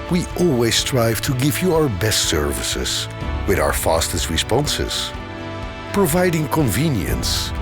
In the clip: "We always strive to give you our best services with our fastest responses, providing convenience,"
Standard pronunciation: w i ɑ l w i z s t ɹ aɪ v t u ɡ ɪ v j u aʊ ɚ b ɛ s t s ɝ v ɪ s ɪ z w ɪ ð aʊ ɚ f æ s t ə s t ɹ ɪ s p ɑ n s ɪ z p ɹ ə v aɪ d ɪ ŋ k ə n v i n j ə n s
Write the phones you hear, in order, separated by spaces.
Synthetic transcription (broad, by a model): w i ɑ l w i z s t ɹ aɪ v t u ɡ ɪ v j u aʊ ɚ b ɛ s t s ɝ v ɪ s ɪ z w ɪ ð aʊ ɚ f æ s t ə s t ɹ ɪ s p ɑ n s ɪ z p ɹ ə v aɪ d ɪ ŋ k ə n v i n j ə n s